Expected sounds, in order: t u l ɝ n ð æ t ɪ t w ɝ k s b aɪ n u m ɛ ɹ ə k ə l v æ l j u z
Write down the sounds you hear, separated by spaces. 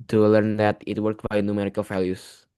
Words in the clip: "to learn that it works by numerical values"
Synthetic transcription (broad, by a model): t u l ɝ n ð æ t ɪ t w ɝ k b aɪ n u m ɛ ɹ ə k ə l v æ l j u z